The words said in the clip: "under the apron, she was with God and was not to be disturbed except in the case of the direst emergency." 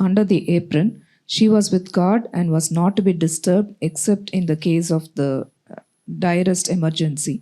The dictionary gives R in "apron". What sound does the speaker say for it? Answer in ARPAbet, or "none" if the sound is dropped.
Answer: R